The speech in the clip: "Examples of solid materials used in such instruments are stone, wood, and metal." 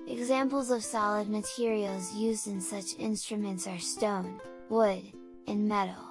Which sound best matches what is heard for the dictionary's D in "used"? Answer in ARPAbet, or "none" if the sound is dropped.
D